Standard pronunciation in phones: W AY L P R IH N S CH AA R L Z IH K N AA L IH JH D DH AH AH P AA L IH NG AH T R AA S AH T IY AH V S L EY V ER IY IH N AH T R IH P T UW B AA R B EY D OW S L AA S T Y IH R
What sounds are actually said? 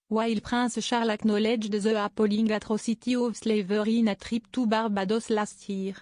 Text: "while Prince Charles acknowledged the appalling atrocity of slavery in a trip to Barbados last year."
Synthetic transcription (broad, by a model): W AY L P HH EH S SH AA R L IH K N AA L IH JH D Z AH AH P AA L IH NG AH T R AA S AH T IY AH V S L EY V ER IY IH N AH T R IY P T UW B AA R B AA D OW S L AA S T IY R